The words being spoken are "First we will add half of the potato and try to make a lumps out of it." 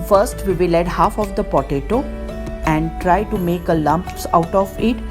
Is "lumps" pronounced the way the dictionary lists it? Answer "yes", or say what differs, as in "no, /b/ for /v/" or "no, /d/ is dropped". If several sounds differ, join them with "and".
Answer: yes